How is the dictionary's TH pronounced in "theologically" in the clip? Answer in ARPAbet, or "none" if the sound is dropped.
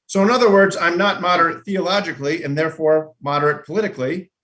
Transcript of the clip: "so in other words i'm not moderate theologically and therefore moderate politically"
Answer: TH